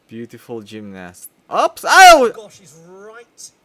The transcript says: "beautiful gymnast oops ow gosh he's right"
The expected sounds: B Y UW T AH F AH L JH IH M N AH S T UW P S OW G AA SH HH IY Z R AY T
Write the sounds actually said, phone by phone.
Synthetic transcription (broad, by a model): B Y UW T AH F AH L JH IH M N AH S T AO P S OW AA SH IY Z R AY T